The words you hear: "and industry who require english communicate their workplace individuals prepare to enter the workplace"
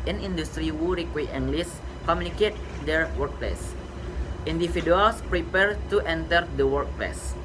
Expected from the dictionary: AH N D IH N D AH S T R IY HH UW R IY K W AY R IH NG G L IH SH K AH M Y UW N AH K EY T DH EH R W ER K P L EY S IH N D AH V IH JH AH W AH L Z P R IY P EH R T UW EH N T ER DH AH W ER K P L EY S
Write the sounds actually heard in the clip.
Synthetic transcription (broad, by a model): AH N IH N D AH S T R IY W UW R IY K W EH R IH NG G L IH S K AH M Y UW N AH K EY T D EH R W ER K P L EY S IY N D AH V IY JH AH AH L S P R IY P EH R T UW EH N T ER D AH W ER K P L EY S